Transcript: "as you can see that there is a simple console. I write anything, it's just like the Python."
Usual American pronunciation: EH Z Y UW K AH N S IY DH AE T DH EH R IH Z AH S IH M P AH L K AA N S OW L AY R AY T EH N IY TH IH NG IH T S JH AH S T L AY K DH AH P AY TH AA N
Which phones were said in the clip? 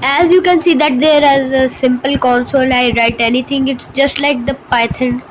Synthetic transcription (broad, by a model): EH Z Y UW K AH N S IY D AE T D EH R IH Z AH S IH M P AH L K AA N S OW L AY R AY T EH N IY T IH NG IH T S JH AH S T L AY K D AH P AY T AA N